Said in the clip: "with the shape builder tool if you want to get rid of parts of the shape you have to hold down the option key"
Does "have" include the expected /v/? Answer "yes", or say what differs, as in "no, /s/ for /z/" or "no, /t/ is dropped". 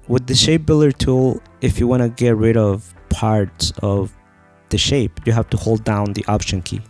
no, /f/ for /v/